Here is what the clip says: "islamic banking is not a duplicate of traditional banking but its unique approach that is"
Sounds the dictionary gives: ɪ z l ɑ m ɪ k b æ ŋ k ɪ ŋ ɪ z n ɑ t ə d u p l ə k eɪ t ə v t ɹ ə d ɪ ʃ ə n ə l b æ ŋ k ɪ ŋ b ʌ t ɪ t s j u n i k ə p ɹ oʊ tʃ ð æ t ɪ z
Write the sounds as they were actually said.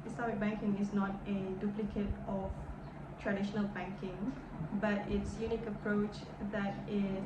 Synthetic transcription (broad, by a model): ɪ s l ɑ m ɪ k b æ ŋ k ɪ ŋ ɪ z n ɑ t ə d u p l ə k eɪ t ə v t ɹ ə d ɪ ʃ ə n ə l b æ ŋ k ɪ ŋ b ʌ t ɪ t s j u n i k ə p ɹ oʊ tʃ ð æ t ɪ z